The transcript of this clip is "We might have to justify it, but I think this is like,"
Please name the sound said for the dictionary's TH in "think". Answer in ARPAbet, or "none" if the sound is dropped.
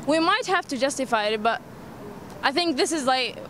TH